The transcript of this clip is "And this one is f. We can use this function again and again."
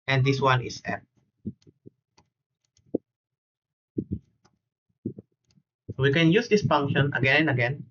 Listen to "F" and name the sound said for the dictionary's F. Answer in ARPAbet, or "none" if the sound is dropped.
P